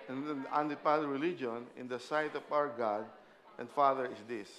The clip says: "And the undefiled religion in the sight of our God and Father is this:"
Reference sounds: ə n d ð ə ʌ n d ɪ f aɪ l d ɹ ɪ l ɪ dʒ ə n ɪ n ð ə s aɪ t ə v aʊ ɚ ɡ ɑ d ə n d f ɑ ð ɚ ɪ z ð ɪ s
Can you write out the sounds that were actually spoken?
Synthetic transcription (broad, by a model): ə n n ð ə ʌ n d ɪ p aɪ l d ɹ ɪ l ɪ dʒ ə n ɪ n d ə s aɪ t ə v aʊ ɚ ɡ ɑ d ə n d f ɑ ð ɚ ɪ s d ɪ s